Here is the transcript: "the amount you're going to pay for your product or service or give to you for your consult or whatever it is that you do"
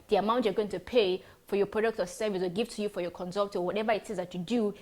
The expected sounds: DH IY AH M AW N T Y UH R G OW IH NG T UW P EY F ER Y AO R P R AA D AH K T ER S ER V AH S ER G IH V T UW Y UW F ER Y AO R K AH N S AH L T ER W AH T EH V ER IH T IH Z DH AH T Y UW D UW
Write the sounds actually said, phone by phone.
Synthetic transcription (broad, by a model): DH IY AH M AW N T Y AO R G OW IH NG T UW P EY F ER Y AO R P R AA D AH K T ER S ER V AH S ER G IH V T UW Y UW F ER Y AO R K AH N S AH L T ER W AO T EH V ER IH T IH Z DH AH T Y UW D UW